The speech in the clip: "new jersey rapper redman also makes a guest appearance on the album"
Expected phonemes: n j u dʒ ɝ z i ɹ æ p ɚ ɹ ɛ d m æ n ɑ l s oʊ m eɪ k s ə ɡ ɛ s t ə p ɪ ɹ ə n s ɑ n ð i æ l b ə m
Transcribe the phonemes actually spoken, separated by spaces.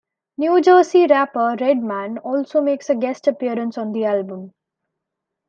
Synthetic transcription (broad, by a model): n j u dʒ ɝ s i ɹ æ p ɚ ɹ ɛ d m æ n ɑ l s oʊ m eɪ k s ə ɡ ɛ s t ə p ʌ ɹ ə n s ɑ n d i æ l b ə m